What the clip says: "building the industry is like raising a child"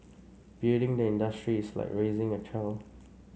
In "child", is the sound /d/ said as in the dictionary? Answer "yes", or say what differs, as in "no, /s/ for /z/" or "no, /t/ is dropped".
no, /d/ is dropped